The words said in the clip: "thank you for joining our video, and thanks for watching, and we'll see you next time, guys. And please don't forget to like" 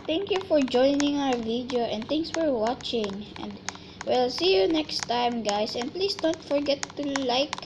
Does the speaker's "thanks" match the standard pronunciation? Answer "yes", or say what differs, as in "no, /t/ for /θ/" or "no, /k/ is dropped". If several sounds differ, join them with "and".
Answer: no, /k/ is dropped